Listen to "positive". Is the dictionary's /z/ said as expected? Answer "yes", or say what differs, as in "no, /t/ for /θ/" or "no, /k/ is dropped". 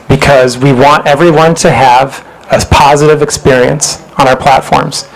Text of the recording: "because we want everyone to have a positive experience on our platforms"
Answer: yes